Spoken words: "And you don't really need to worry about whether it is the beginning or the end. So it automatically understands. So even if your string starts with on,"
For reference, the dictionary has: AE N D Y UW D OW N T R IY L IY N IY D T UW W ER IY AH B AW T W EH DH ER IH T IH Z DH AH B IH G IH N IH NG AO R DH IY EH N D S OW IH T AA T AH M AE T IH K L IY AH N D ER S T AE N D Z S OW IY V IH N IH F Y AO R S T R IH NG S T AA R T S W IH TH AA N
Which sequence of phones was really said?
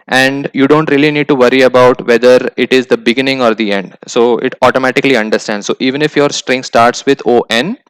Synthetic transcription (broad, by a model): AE N D Y UW D OW N T R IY L IY N IY D T UW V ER IY AH B AW T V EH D ER IH T IH Z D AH B IH G IH N IH NG AO R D IY EH N D S OW IH T AA T AH M AE T IH K L IY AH N D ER S T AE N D S OW IY V IH N IH F Y AO R S T R IH NG S T AA R T S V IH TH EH N